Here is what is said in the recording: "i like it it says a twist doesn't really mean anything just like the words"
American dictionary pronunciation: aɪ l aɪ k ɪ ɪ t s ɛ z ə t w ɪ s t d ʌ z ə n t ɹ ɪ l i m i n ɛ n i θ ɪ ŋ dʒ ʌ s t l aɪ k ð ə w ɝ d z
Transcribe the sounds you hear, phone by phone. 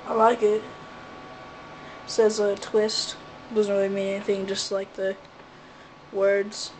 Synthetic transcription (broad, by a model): aɪ l aɪ k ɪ ɪ t s ɛ z ə t w ɪ s t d ʌ z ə n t ɹ ɪ l i m i n ɛ n i θ ɪ ŋ dʒ ʌ s t l aɪ k ð ə w ɝ d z